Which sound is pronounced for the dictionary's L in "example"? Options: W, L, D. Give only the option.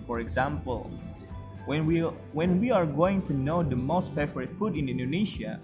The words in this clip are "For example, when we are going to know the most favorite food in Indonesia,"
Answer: W